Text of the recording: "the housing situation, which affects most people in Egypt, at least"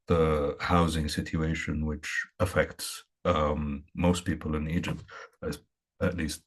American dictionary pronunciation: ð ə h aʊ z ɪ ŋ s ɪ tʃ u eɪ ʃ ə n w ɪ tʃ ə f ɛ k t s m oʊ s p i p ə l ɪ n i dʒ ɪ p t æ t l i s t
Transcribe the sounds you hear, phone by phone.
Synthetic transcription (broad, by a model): ð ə h aʊ z ɪ ŋ s ɪ tʃ u eɪ ʃ ə n w ɪ tʃ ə f ɛ k t s m oʊ s p i p ə l ɪ n i dʒ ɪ p t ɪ t l i s t